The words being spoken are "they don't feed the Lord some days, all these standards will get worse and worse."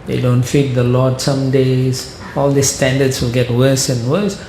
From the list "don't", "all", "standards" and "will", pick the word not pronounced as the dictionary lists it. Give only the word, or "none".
standards